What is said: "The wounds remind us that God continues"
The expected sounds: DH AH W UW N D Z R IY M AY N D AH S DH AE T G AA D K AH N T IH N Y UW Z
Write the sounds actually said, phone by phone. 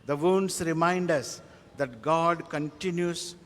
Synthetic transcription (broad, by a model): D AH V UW N D S R IY M AY N D AH S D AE T G AA D K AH N T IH N Y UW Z